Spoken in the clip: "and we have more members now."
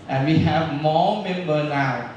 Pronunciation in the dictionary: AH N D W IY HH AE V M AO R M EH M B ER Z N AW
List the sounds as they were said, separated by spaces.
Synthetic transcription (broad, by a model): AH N W IY HH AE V M AO M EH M B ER N AW